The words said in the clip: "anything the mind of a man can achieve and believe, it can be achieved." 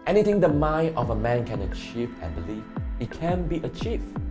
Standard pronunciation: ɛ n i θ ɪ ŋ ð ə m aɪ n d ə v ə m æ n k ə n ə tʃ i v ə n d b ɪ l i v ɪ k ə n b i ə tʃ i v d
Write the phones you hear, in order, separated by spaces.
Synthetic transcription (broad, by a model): ɛ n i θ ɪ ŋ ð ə m aɪ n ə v ə m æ n k ə n ə tʃ i v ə n b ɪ l i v ɪ k ə n b i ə tʃ i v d